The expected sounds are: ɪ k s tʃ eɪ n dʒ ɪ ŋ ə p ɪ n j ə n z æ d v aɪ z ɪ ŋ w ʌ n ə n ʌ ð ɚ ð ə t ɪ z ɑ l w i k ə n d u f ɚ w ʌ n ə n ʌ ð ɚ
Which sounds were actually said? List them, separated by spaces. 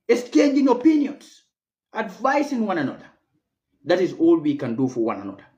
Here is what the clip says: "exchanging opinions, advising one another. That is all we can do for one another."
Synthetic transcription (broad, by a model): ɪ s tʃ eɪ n dʒ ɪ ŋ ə p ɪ n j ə n s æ d v aɪ s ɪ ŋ w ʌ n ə n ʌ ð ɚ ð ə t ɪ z ɑ l w i k ə n d u f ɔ w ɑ n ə n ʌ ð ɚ